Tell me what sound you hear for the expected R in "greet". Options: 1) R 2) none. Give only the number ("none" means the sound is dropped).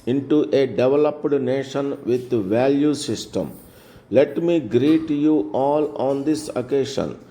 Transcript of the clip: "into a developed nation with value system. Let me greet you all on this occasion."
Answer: 1